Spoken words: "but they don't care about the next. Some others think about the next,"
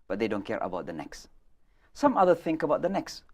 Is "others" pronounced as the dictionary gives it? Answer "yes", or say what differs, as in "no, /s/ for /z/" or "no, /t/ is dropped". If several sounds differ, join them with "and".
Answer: no, /z/ is dropped